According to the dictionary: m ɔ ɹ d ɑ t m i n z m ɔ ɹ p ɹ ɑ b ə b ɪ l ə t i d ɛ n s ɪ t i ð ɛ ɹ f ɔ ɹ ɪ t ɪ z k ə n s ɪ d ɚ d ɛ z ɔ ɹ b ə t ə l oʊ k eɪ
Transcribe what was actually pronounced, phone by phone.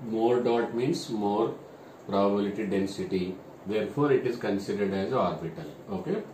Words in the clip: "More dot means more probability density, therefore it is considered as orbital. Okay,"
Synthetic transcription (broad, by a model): m ɔ ɹ d ɑ t m i n s m ɔ ɹ p ɹ ɑ b ə b ɪ l ə t i d ɛ n s ɪ t i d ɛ ɹ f ɔ ɹ ɪ t ɪ z k ə n s ɪ d ɚ d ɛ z ɔ ɹ b ə t ə l oʊ k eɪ